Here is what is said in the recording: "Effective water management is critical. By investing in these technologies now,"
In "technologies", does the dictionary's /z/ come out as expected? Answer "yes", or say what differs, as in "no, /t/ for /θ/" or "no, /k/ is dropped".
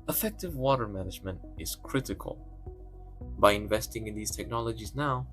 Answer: yes